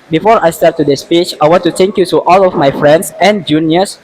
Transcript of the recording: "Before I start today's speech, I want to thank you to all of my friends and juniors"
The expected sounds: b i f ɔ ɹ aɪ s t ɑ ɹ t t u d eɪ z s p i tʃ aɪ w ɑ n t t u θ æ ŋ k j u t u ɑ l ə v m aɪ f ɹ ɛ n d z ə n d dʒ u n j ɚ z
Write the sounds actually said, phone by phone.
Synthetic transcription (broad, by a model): b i f ɔ ɹ aɪ s t ɑ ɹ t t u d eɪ s p i tʃ aɪ w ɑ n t t u t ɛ ŋ k j u t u ɑ l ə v m aɪ f ɹ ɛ n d s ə n dʒ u n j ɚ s